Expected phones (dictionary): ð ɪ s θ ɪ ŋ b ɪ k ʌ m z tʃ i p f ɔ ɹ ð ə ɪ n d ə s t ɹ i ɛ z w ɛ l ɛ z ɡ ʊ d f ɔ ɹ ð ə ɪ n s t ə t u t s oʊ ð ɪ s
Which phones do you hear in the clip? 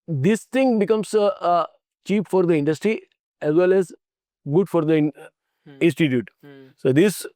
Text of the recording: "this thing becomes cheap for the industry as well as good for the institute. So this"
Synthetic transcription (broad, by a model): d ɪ s t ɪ ŋ b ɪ k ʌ m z tʃ i p f ɔ ɹ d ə ɪ n d ə s t ɹ i ɛ z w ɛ l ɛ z ɡ ʊ d f ɔ ɹ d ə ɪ n s t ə t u t s oʊ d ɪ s